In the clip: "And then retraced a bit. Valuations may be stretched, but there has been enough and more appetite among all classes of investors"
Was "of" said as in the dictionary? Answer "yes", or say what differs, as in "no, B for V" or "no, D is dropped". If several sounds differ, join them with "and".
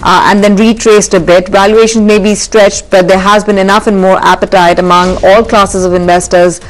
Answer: yes